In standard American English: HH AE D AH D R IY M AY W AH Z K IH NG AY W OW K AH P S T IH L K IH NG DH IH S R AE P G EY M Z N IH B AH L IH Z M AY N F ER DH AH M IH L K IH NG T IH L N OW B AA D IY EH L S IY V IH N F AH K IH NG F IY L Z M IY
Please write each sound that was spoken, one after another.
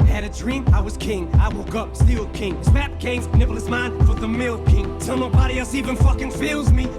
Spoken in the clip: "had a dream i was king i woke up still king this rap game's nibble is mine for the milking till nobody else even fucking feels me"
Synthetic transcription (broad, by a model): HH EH D AH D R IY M AY W AH Z K IH NG AY W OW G AH P S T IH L K IH NG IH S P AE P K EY Z N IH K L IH S M AY N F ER DH AH M IH L K IH NG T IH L N OW B AA D IY EH L S IY V IH N F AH K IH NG F IY L Z M IY